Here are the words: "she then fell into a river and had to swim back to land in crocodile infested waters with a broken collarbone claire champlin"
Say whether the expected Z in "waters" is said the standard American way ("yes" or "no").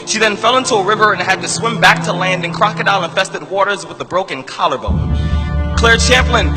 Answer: yes